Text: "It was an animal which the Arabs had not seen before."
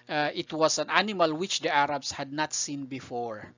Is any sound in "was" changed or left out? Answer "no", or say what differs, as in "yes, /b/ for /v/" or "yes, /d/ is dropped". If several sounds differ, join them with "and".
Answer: yes, /s/ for /z/